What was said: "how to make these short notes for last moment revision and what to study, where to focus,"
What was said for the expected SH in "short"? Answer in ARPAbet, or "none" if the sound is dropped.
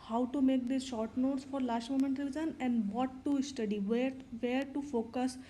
SH